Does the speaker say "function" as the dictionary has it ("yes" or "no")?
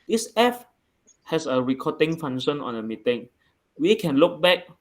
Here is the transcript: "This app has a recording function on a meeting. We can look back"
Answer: no